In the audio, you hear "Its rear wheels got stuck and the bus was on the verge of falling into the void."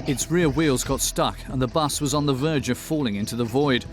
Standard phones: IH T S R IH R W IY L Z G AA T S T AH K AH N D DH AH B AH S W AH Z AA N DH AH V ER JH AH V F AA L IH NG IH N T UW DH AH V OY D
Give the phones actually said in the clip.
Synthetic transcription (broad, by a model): IH T S R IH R W IY L Z G AA T S T AH K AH N DH AH B AH S W AH Z N DH AH V ER JH AH V F AA L IH NG IH N T UW DH AH V OY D